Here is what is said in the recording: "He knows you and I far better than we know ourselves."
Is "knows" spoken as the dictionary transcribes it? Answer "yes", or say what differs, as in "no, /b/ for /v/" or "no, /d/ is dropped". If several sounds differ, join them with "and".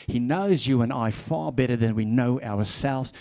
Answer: yes